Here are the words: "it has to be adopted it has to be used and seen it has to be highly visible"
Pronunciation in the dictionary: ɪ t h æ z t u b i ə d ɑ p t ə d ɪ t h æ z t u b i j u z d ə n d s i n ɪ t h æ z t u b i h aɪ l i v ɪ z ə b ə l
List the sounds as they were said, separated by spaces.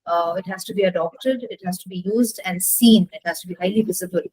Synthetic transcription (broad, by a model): ɪ t h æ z t u b i ə d ɑ p t ə d ɪ t h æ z t u b i j u z d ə n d s i n ɪ t h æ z t u b i h aɪ l i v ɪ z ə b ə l